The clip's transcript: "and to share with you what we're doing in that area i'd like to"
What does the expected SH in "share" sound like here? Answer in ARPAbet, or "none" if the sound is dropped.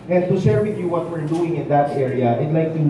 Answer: S